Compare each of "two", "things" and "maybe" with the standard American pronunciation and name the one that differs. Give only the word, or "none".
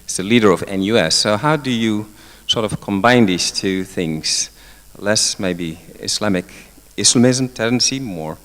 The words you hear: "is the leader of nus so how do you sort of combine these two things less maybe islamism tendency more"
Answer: none